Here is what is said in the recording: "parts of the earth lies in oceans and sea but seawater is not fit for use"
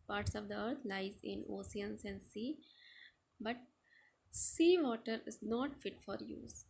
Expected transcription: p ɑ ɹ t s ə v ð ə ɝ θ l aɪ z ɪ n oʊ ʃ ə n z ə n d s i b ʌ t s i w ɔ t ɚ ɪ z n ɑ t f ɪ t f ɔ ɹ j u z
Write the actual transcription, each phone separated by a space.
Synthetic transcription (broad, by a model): p ɑ ɹ t s ə v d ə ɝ t l aɪ z ɪ n oʊ s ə n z ə n d s i b ʌ t s i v ɔ t ɚ ɪ z n ɑ t f ɪ t f ɔ ɹ j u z